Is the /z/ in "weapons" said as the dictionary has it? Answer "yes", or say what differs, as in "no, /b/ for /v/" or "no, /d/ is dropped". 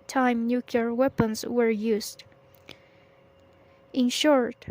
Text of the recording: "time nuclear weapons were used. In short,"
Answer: no, /s/ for /z/